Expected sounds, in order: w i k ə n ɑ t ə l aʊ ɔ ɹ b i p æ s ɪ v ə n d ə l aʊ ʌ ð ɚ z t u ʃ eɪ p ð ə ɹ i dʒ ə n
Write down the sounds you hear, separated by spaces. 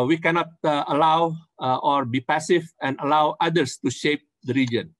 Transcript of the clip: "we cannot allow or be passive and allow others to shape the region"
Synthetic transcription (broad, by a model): w i k ə n ɑ t ə l aʊ ɔ ɹ b i p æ s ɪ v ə n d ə l aʊ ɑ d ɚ s t u ʃ eɪ p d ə ɹ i dʒ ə n